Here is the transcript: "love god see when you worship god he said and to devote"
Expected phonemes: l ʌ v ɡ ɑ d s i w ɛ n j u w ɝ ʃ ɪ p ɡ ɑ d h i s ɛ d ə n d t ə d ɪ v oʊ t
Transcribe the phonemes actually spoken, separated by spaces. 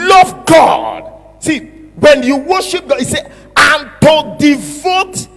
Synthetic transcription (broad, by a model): l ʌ v ɡ ɑ d s i w ɛ n j u w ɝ ʃ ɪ p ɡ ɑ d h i s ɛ ə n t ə d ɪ v oʊ t